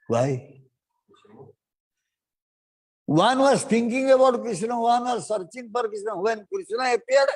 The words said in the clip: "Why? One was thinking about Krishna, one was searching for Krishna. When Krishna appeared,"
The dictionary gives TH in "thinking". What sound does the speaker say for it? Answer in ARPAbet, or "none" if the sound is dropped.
T